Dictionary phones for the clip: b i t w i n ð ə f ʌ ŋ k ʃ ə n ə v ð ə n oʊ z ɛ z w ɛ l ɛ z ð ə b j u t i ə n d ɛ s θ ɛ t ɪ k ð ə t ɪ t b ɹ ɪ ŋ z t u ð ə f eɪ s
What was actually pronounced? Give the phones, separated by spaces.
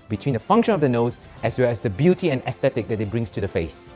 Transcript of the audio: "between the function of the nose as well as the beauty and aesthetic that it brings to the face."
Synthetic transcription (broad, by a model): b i t w i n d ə f ʌ ŋ k ʃ ə n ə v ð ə n oʊ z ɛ s w ɛ l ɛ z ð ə b j u t i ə n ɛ s t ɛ t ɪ k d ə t ɪ t b ɹ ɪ ŋ s t u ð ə f eɪ s